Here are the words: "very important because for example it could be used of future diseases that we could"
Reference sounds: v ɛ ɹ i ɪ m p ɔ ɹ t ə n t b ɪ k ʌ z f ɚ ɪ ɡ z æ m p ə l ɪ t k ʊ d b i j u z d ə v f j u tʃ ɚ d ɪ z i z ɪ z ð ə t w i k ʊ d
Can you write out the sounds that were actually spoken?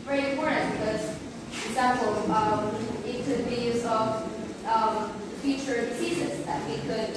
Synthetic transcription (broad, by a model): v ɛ ɹ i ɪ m p ɔ ɹ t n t b ɪ k ʌ z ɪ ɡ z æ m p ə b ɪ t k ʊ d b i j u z ə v f j u tʃ ɚ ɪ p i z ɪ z ð ə t w i k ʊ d